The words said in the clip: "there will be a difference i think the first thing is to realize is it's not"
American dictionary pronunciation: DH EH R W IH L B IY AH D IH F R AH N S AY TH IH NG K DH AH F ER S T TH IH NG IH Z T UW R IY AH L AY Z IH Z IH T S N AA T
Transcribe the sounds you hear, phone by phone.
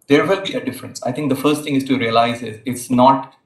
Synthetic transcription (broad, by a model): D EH R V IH L B IY AH D IH F R AH N S AY T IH NG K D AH F ER S T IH NG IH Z T UW R IY AH L AY Z IH Z IH T S N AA T